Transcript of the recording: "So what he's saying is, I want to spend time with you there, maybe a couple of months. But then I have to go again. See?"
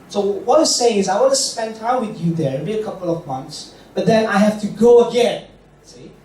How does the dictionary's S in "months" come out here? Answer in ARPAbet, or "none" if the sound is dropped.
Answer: S